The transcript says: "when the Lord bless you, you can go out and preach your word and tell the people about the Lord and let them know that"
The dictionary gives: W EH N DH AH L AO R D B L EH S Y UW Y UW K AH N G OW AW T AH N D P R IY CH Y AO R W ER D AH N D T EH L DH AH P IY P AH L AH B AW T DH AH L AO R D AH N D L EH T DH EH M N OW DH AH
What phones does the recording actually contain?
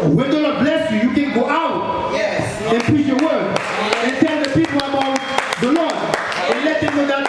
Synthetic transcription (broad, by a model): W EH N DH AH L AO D B L EH S Y UW Y UW K AH N G OW AW T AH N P IY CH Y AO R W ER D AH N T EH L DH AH P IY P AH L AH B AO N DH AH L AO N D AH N L EH T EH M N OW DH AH